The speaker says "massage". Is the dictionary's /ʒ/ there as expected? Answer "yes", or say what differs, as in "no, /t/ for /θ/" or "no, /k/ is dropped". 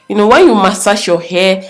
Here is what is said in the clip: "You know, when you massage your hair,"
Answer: no, /ʃ/ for /ʒ/